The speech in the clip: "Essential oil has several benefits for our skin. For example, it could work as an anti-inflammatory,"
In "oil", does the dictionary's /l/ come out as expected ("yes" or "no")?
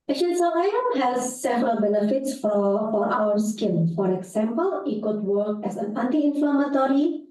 no